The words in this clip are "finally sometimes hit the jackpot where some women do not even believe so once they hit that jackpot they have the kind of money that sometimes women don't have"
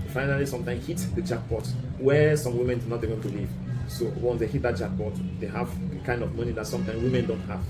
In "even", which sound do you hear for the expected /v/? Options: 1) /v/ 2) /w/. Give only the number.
2